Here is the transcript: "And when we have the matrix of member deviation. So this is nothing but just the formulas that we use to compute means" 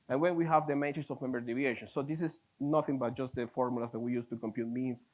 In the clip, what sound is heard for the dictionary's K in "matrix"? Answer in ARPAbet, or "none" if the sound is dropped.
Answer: none